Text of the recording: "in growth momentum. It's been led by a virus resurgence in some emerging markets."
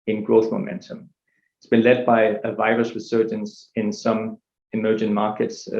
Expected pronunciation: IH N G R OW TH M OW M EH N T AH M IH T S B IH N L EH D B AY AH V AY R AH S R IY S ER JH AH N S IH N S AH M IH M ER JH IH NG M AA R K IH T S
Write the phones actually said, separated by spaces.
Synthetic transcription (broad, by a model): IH N G R OW TH M OW M EH N T AH M IH T S B IH N L EH D B AY AH V AY R AH S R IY S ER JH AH N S IH N S AH M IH M ER JH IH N M AA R K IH T S